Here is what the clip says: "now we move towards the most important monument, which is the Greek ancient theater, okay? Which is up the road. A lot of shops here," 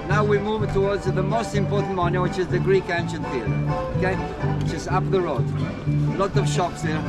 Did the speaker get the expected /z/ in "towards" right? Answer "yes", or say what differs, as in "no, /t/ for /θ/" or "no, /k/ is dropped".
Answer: yes